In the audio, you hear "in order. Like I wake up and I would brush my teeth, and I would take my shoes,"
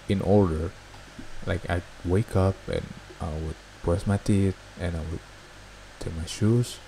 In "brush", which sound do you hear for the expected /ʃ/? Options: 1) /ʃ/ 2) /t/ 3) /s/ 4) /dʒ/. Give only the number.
3